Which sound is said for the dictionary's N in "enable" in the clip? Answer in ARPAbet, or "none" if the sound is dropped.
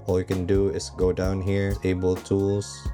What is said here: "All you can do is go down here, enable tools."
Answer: none